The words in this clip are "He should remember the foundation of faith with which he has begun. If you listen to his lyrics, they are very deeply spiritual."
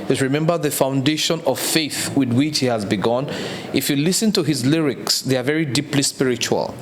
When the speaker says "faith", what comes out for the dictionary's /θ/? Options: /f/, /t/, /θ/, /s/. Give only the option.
/θ/